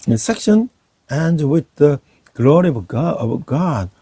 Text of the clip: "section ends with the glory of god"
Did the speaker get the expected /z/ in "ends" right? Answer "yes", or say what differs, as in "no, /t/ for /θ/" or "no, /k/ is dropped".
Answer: no, /z/ is dropped